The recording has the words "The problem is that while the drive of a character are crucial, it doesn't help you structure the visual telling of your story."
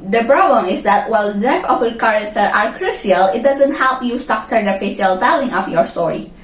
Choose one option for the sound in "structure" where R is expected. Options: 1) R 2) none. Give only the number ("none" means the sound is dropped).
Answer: 2